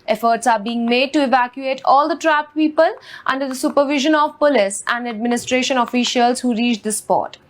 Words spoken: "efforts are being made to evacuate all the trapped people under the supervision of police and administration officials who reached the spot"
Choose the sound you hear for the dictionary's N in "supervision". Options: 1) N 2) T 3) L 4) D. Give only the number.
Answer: 1